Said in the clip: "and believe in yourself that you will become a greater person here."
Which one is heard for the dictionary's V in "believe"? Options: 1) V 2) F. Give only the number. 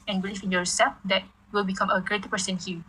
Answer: 2